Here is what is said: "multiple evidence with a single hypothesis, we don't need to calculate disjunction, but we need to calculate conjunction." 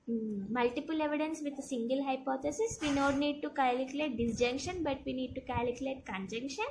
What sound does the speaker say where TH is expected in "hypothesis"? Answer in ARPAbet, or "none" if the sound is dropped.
T